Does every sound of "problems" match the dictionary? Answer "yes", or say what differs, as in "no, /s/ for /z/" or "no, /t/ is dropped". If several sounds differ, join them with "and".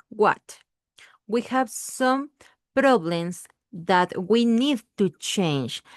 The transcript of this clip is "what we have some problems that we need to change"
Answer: no, /s/ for /z/